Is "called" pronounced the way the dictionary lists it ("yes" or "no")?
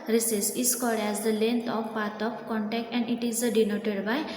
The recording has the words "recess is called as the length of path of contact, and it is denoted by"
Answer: no